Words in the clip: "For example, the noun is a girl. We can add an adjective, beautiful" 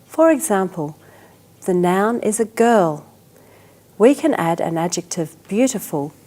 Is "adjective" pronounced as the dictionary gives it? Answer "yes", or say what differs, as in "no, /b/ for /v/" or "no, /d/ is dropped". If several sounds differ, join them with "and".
yes